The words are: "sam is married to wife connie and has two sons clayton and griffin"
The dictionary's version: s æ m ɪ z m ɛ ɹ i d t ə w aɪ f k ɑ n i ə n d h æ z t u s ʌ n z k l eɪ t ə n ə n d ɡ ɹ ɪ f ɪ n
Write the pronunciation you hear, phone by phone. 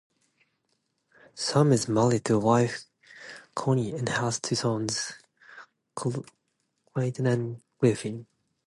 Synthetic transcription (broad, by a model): s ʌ m ɪ z m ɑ l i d t ə w aɪ f k ɑ n i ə n h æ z t u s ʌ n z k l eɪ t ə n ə n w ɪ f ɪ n